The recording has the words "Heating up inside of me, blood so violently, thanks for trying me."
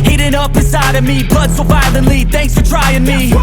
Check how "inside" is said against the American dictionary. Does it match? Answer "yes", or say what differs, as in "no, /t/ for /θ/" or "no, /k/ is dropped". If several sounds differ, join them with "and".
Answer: no, /n/ is dropped